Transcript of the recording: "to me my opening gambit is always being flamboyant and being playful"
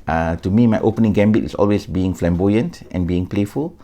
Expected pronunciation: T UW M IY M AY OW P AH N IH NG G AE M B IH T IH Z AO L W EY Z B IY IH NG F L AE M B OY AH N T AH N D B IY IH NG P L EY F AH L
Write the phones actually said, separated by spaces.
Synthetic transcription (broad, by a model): T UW M IY M AY OW P AH N IH NG G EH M B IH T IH S AO L W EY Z B IY IH NG F L AE M B OY AH N T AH N B IY IH NG P L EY F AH L